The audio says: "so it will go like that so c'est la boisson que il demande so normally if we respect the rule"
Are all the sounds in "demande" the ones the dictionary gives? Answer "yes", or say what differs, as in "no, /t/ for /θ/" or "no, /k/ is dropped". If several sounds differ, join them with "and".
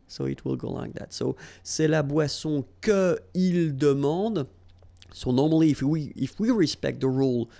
no, /n/ is dropped